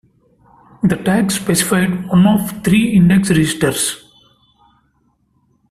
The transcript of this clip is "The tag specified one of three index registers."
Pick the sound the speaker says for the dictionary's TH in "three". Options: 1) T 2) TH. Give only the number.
1